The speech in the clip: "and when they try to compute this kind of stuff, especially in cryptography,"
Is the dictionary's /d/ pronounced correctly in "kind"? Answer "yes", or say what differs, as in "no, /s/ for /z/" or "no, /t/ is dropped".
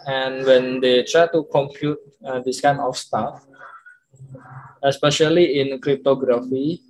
no, /d/ is dropped